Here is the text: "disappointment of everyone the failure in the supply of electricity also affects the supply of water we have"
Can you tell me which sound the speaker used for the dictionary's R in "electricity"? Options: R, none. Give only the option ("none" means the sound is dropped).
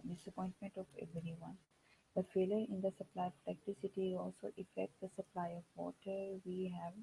none